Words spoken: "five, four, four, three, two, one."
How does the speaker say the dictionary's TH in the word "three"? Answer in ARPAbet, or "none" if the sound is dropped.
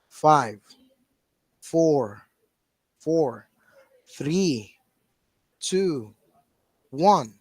TH